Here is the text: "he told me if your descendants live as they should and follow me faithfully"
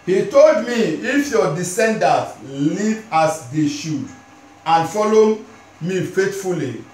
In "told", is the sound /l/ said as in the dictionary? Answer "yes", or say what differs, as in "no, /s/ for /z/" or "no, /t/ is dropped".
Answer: yes